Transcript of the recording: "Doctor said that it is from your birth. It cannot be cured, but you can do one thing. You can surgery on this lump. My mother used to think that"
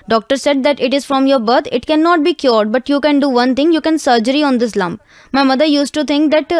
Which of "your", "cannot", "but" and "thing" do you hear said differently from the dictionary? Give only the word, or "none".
thing